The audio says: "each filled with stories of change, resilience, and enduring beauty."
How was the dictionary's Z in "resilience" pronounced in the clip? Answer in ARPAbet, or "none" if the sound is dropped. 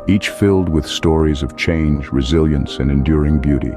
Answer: Z